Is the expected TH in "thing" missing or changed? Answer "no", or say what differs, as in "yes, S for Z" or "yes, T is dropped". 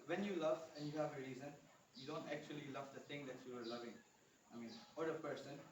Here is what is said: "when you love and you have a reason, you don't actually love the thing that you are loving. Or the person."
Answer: yes, T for TH